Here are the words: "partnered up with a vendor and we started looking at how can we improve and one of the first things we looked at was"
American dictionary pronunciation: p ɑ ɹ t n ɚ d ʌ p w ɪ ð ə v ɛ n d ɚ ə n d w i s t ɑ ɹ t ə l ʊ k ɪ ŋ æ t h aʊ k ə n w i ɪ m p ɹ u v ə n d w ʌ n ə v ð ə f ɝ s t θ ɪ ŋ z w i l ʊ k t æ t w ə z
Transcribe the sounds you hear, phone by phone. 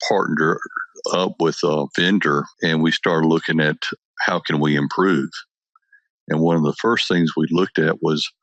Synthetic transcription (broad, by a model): p ɑ ɹ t n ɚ ʌ p w ɪ ð ə v ɛ n d ɚ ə n w i s t ɑ ɹ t l ʊ k ɪ ŋ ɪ t h aʊ k ə n w i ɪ m p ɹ u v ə n w ʌ n ə v ð ə f ɝ s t θ ɪ ŋ z w i l ʊ k t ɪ t w ə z